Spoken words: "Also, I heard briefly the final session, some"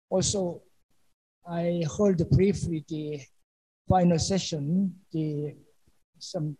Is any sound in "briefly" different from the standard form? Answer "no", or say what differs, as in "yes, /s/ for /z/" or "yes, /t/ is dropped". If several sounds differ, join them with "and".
yes, /w/ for /l/